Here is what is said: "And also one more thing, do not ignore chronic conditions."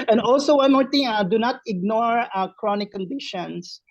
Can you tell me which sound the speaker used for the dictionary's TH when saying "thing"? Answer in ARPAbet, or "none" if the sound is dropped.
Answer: T